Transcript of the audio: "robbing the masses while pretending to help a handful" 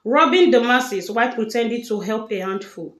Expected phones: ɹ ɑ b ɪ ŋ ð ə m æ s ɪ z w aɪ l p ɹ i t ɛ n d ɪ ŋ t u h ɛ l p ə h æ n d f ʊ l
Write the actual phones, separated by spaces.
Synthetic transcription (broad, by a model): ɹ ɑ b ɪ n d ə m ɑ s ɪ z w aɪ p ɹ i t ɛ n d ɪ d t u h ɛ l p ə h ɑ n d f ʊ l